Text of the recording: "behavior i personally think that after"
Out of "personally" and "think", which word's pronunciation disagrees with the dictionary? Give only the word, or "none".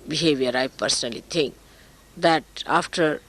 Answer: think